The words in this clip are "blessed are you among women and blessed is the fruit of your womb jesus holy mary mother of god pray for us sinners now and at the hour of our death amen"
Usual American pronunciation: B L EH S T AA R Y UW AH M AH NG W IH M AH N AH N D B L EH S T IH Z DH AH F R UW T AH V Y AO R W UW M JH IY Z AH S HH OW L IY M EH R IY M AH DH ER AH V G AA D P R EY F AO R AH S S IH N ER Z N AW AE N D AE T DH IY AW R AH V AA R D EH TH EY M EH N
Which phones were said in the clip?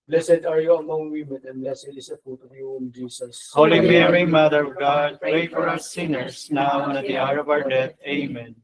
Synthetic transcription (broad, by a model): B L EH S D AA R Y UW AH M AH NG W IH M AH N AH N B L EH S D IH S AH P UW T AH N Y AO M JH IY S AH S HH OW L IY M EH R IY M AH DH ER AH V G AA D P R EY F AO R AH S S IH N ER S N AW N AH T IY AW R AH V AA R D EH T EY M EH N